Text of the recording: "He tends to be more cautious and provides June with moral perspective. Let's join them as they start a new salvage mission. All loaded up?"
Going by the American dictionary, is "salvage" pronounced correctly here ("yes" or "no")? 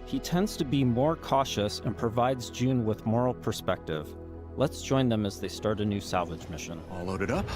yes